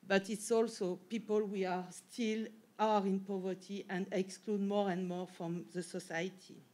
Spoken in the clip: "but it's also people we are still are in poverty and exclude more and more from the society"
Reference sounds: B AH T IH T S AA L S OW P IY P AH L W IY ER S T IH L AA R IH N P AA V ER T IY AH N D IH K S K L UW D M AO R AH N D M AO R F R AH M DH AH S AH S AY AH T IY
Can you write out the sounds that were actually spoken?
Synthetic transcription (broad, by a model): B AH T IH T S AA L S OW P IY P AH L W IY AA S T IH L AA R IH N P AA V ER T IY AH N D IH K S K L UW D M AO R AH N D M AO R F R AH M DH AH S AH S AY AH T IY